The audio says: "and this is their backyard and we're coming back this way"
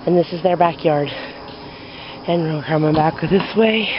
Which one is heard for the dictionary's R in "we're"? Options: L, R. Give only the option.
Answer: L